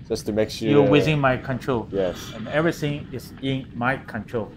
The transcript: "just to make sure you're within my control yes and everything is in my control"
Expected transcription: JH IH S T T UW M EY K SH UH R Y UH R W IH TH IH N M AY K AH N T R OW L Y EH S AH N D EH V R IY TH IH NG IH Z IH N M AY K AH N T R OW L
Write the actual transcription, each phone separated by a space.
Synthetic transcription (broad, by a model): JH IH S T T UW M EY K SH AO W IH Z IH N M AY K AH N T R OW L Y EH S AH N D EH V R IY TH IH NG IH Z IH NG M AY K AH N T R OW L